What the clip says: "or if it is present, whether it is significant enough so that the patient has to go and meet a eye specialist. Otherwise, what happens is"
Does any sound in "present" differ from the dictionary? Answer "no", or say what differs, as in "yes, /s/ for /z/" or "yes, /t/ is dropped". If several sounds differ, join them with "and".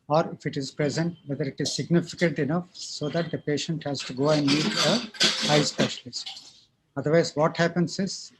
no